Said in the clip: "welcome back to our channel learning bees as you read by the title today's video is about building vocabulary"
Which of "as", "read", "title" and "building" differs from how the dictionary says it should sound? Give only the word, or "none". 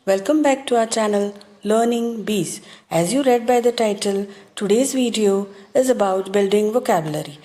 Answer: none